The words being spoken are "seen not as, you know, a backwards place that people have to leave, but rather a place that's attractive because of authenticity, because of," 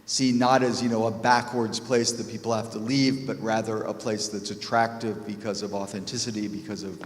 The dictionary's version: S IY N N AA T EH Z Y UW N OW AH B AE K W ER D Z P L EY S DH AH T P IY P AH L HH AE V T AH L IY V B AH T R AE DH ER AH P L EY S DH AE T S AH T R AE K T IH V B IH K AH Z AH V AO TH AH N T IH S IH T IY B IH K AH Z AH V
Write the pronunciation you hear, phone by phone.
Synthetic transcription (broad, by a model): S IY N N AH T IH Z Y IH N OW AH B AE K W ER D Z P L EY S DH AH T P IY P L HH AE F T AH L IY V B AH T R AE DH ER AH P L EY S DH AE T S AH T R AE K T IH V B IH K AH Z AH V AO TH AH N T IH S IH T IY B IH K AH Z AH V